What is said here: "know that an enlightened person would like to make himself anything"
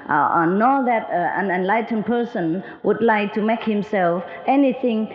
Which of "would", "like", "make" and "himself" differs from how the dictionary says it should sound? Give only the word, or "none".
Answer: none